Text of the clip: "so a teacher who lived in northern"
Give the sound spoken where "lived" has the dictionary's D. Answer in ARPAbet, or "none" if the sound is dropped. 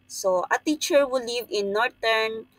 none